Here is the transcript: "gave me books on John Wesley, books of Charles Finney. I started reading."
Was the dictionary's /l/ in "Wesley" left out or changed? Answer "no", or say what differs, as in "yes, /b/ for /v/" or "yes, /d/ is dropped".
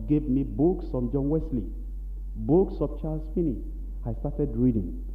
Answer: no